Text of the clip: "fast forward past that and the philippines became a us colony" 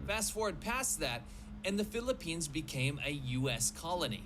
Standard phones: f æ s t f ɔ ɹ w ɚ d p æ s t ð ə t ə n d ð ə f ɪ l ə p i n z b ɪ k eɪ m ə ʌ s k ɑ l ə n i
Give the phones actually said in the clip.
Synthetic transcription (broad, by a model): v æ s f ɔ ɹ d p æ s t ð ə t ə n ð ə f ɪ l ə p i n z b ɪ k eɪ m ə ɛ s k ɑ l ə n i